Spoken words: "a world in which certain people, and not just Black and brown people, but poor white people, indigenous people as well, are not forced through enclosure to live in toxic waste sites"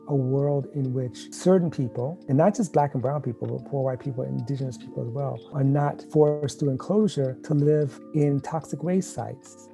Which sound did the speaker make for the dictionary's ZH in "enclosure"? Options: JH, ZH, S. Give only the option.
ZH